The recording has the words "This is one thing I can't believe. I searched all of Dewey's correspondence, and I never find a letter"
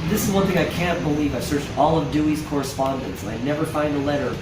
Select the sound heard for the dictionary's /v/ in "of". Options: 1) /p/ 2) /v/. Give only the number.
2